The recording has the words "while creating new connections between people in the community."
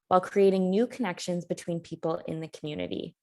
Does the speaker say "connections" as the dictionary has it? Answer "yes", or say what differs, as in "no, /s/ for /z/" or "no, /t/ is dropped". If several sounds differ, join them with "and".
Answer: yes